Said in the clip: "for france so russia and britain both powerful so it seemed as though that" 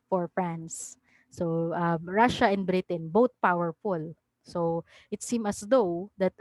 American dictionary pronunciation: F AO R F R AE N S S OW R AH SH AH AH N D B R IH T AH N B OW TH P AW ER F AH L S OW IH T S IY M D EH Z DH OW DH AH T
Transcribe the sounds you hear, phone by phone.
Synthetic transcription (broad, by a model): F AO R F R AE N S S OW R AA SH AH AH N D B R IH T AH N B OW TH P AW ER F AH L S OW IH T S IY M AH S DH OW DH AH T